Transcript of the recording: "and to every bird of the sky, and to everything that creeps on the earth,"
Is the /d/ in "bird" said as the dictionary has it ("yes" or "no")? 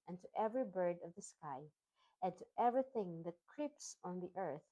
yes